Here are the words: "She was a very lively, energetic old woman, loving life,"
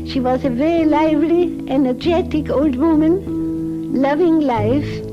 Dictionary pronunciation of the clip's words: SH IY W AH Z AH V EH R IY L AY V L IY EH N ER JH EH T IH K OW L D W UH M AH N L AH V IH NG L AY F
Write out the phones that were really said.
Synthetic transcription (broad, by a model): SH IY W AH Z AH V EH R IY L AY V L IY EH N ER JH EH T IH K OW L D W UH M AH N L AH V IH NG L AY F